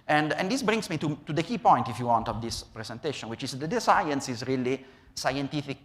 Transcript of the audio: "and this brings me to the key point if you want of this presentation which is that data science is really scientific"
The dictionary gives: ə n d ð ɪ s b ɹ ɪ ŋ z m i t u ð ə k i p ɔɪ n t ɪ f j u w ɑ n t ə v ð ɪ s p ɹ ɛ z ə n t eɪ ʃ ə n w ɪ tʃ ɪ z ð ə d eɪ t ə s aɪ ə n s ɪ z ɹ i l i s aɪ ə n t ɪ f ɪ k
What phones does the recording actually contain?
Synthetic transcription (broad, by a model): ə n d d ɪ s b ɹ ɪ ŋ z m i t u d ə k i p ɔɪ n t ɪ f j u w ɑ n t ə v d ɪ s p ɹ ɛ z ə n t eɪ ʃ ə n w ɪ tʃ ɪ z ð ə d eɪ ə s aɪ ə n s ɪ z ɹ i l i s aɪ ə n t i f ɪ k